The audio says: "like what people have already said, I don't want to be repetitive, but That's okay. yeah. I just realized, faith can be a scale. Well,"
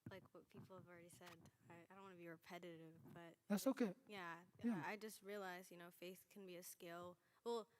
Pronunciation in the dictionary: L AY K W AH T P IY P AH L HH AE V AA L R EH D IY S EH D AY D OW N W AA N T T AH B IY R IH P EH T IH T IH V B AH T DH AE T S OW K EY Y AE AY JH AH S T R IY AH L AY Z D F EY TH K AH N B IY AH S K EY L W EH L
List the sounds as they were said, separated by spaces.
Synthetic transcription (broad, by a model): L AY K W AH T P IY P L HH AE V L R EH D IY S EH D AY D OW N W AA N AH B IY R IH P EH T IH T IH V B AH T DH AE T S OW K EY Y AE AY JH AH S T R IY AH L AY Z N F EY TH K N B IY AH S K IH L W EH L